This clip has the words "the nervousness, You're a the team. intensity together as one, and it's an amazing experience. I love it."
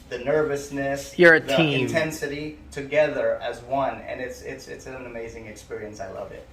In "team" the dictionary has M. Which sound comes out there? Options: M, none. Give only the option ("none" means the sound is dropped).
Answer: none